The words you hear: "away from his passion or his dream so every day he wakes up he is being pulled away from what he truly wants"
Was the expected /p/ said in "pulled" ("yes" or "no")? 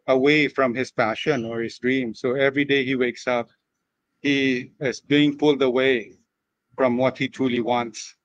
no